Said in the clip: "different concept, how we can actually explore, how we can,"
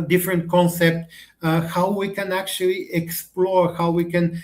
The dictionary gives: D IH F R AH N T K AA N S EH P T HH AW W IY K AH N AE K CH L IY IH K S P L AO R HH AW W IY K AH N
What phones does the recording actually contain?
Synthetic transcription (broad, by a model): D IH F R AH N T K AA N S EH P T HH AW W IY K AH N AE K CH L IY IH K S P L AO R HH AW W IY K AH N